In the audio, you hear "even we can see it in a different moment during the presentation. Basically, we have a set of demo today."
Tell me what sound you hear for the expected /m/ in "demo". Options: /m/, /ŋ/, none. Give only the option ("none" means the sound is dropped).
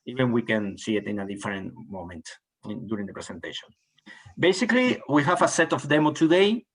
/m/